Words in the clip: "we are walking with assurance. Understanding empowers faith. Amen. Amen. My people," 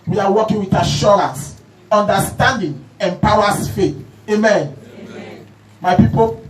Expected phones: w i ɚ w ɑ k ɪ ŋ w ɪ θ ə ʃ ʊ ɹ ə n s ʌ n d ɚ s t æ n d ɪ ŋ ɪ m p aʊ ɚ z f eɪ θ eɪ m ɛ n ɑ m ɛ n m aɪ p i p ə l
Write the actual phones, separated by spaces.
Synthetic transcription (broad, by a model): w i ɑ w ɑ k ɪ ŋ w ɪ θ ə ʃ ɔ ɹ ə n s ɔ n d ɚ s t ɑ n d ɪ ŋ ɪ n p aʊ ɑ s f eɪ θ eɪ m m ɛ n m aɪ p i p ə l